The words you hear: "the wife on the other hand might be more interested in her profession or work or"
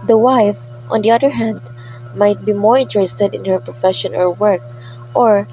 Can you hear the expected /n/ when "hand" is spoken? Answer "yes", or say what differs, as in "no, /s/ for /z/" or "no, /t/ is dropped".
yes